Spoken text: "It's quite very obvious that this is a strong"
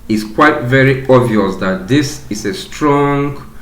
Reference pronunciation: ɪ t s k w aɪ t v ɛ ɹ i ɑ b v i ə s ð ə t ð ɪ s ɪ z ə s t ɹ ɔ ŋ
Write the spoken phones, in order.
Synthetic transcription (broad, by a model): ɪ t s k w aɪ t v ɛ ɹ i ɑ v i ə s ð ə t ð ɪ s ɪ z ə s t ɹ ɔ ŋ